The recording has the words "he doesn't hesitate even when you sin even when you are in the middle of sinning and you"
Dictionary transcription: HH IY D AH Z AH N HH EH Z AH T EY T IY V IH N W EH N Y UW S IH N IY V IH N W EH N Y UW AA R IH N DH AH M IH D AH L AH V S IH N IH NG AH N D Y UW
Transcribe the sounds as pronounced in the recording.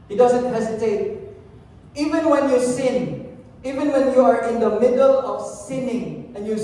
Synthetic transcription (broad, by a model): HH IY D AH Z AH N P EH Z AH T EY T IY V IH N W EH N Y UW S IH N IY V IH N W EH N Y UW AA R IH N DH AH M IH D AH L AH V S IH N IH NG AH N Y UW